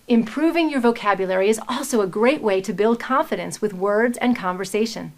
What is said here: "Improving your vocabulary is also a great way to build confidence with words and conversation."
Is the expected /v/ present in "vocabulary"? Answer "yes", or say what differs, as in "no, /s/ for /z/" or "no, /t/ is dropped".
yes